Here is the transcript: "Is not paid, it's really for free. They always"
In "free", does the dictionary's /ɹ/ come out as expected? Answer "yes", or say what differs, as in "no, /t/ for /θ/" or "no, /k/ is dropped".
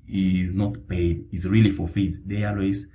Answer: no, /ɹ/ is dropped